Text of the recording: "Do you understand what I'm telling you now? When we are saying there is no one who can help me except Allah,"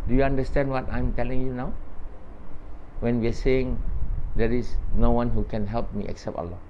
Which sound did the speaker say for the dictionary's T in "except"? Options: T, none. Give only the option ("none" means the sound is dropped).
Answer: T